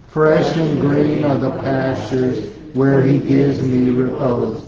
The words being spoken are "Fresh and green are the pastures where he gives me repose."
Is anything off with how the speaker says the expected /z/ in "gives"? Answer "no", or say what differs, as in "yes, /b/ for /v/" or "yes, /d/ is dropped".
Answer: no